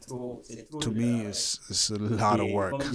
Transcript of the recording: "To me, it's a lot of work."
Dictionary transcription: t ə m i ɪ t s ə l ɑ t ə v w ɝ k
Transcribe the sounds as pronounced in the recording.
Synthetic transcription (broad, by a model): t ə m i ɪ s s ə l ɑ t ə v w ɝ k